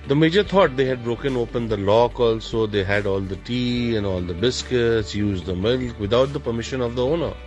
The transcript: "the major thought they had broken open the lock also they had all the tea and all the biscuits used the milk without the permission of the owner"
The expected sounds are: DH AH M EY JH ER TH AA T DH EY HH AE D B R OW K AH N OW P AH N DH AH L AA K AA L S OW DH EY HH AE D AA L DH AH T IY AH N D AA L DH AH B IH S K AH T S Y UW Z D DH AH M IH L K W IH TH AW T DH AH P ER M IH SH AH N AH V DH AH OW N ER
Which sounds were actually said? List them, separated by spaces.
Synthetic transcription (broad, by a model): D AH M EY JH ER T AA T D EY HH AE D B R OW K AH N OW P AH N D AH L AA K AA L S OW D EY HH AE D AA L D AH T IY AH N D AA L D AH B IH S K AH T S Y UW Z D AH M IH L K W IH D AW T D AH P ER M IH SH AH N AH V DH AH OW N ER